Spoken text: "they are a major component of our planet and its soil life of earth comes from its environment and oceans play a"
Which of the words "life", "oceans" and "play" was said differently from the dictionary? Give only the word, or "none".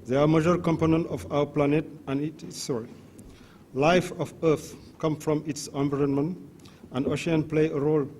oceans